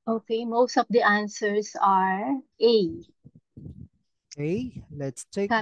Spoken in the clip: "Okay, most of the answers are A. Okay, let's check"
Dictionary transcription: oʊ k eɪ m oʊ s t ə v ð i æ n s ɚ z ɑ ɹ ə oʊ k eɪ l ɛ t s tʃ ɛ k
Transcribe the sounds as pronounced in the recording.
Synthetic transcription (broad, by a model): oʊ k eɪ m oʊ s t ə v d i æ n s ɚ s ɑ ɹ ə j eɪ l ɛ t s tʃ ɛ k